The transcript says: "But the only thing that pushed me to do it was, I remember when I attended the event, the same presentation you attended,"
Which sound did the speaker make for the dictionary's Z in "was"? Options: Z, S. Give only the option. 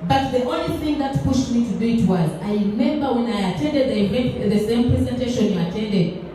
Z